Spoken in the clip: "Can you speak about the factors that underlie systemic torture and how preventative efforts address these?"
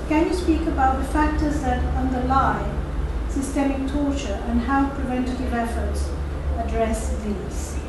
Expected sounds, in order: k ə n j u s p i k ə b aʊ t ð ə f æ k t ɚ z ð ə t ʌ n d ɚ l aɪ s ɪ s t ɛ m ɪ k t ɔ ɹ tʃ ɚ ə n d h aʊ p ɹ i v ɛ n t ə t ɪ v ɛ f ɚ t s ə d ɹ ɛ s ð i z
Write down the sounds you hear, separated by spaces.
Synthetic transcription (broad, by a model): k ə n j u s p i k ə b aʊ t ð ə f æ k t ɚ z ð ə t ʌ n d ɚ l aɪ s ɪ s t ɛ m ɪ k t ɔ ɹ tʃ ɚ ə n h aʊ p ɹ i v ɛ n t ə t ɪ v ɛ f ɚ t s ə d ɹ ɛ s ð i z